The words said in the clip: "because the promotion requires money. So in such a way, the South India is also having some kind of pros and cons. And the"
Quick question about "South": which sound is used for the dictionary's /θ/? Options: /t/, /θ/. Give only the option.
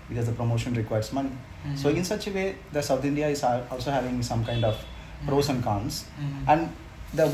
/t/